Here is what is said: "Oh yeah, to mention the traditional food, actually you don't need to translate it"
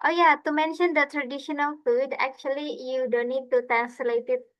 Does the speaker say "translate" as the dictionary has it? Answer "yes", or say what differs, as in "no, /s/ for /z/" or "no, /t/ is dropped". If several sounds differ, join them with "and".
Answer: no, /ɹ/ is dropped